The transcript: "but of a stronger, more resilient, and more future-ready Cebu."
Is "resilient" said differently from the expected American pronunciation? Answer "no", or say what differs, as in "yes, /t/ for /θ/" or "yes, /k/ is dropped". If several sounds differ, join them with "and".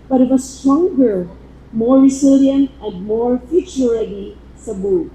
yes, /s/ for /z/